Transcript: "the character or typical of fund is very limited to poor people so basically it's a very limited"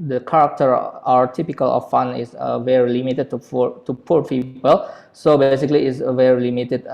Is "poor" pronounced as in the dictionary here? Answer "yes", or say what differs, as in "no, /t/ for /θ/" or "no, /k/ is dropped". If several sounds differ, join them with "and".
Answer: yes